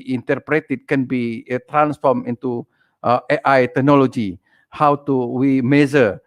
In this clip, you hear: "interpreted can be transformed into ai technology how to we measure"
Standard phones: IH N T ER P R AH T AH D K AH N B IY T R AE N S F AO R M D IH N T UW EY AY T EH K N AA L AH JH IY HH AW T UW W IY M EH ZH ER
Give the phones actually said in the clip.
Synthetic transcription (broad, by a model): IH N T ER P R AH T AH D K AH N B IY T R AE N S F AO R M IH N T UW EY AY T EH K N AA L AH JH IY HH AW T UW W IY M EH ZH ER